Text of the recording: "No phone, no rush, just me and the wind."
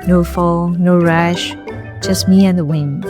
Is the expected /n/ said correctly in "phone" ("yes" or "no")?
no